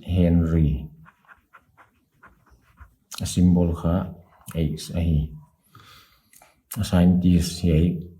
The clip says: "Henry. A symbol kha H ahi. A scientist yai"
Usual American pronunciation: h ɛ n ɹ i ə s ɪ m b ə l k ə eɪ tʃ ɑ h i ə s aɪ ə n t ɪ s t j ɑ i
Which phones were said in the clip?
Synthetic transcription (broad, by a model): h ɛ n ɹ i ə s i m b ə l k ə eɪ s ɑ h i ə s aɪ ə n t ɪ s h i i